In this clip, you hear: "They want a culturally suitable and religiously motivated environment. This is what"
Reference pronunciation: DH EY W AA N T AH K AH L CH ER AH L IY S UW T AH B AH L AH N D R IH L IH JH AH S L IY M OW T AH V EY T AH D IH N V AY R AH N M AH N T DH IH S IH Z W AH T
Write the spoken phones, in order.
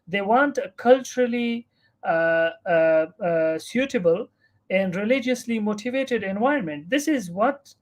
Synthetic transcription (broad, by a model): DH EY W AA N T AH K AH L CH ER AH L IY S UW T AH B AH L AH N D R IH L IH JH AH S L IY M OW T AH V EY T AH D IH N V AY AH N M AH N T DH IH S IH Z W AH T